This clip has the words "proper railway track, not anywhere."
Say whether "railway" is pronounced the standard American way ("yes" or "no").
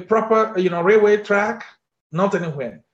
yes